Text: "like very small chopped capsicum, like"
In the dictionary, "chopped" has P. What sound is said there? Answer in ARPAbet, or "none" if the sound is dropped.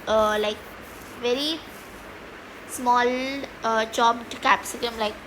B